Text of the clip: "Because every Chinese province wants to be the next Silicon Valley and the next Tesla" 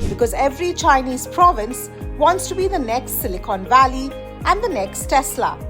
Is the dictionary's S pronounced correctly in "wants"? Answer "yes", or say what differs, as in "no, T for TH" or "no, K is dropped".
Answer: yes